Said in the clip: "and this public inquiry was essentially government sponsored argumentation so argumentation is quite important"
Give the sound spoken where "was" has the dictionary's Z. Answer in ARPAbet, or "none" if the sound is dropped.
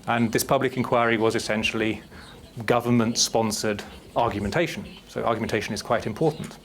Z